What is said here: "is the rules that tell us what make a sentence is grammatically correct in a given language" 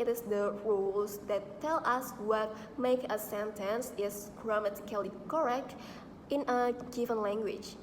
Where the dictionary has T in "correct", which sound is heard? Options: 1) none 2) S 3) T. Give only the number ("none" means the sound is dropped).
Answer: 3